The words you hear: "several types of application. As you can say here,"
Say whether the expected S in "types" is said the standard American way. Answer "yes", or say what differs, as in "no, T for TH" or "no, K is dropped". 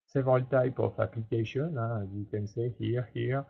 no, S is dropped